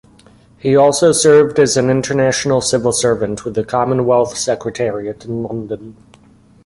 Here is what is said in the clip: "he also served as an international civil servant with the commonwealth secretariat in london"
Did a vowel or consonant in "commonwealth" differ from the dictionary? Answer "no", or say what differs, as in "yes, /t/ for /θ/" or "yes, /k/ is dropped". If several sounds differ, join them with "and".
no